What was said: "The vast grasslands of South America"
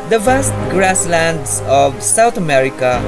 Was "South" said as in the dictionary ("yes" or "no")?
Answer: no